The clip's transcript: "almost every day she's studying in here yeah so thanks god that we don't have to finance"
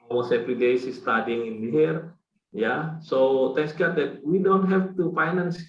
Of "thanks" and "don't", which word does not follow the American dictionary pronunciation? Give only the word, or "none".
thanks